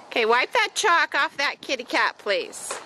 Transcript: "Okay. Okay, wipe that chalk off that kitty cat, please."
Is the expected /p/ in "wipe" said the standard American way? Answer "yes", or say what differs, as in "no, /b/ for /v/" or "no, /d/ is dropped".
yes